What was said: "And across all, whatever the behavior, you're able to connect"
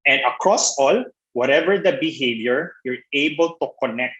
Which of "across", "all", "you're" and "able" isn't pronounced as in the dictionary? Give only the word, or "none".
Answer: none